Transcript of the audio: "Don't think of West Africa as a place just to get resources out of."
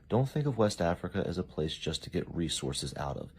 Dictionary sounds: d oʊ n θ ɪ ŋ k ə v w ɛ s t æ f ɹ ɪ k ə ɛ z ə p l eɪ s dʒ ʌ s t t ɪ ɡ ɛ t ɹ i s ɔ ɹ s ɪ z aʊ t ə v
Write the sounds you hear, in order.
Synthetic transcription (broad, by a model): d oʊ n θ ɪ ŋ k ə v w ɛ s t æ f ɹ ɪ k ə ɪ z ə p l eɪ s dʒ ʌ s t t ɪ ɡ ɛ t ɹ i s ɔ ɹ s ɪ z aʊ t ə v